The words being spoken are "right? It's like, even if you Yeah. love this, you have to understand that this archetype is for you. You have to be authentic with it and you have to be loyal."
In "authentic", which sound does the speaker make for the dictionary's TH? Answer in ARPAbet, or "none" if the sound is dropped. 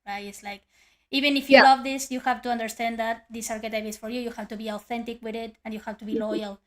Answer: TH